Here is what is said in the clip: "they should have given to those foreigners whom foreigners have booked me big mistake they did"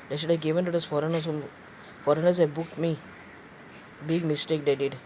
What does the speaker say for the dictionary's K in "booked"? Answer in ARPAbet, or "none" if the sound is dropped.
K